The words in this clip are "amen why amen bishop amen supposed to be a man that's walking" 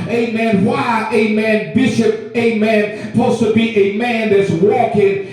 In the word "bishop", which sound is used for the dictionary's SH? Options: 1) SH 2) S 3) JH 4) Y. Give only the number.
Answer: 1